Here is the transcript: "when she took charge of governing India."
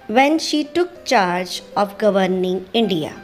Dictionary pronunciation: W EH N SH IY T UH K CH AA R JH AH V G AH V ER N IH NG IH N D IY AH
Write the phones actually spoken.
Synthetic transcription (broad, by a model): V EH N SH IY T UH K CH AA R JH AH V G AH V ER N IH NG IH N D IY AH